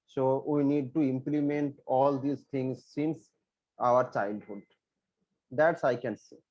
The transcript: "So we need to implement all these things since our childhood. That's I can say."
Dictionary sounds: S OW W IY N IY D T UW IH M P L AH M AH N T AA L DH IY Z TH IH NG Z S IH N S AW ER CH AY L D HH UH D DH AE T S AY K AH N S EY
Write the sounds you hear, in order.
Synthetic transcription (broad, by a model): S OW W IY N IY D T UW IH M P L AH M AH N T AA L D IY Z T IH NG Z S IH N S AW ER CH AY L D HH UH D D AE T S AY K AH N S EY